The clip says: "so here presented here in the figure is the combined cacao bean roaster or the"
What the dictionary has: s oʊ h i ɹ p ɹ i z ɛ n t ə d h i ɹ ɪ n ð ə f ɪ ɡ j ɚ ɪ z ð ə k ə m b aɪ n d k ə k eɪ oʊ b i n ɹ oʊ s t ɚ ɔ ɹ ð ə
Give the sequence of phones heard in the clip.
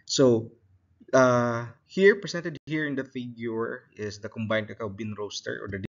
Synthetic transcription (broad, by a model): s oʊ h i ɹ p ɹ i s ɛ n t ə d h i ɹ ɪ n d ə f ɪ ɡ j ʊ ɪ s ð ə k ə m b aɪ n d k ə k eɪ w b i n ɹ oʊ s t ɚ ɔ ɹ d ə